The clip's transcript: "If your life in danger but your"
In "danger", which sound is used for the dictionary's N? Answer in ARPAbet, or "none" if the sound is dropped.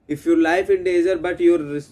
none